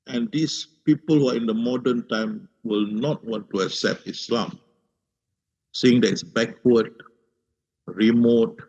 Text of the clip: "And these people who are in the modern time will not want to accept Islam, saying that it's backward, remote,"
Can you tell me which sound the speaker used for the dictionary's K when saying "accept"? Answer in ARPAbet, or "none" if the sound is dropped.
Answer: K